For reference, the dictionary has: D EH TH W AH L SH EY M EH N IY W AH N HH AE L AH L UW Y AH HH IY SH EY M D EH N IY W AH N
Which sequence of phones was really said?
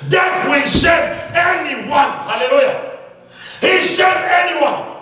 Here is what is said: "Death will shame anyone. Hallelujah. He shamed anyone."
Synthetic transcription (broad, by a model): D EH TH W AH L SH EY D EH N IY W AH N HH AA L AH L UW Y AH HH IY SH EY D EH N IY W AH N